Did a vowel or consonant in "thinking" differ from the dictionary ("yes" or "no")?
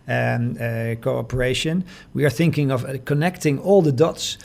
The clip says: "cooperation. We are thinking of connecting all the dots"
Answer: no